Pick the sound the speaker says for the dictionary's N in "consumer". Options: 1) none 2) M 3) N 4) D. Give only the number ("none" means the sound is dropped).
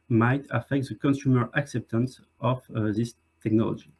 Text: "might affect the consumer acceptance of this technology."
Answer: 3